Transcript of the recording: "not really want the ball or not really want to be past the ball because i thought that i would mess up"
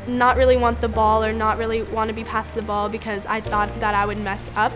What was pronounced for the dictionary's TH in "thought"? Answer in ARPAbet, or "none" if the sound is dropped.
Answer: TH